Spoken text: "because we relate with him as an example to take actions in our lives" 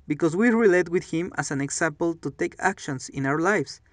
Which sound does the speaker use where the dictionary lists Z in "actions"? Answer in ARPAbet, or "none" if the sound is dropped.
S